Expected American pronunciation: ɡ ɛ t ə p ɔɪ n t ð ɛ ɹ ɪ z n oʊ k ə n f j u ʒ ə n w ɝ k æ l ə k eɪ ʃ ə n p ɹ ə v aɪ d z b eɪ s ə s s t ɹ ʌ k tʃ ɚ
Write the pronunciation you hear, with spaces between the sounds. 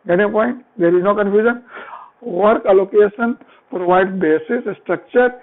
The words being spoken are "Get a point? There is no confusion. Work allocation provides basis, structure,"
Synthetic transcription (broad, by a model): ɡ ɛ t ə p ɔɪ n t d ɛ ɹ ɪ z n oʊ k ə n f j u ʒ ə n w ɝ k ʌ l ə k eɪ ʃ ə n p ɹ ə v aɪ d b eɪ s ə s s t ɹ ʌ k tʃ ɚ